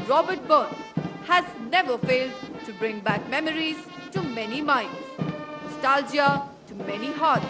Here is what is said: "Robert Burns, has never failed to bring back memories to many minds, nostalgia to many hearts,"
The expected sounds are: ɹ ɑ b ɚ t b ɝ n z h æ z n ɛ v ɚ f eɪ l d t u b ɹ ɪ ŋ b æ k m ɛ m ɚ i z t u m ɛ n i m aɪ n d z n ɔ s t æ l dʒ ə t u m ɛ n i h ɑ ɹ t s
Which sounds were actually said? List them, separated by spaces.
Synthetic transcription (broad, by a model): ɹ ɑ b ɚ t b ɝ n h æ z n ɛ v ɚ f eɪ l d t u b ɹ ɪ ŋ b æ k m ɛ m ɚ i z t u m ɛ n i m aɪ n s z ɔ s t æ l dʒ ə t u m ɛ n i h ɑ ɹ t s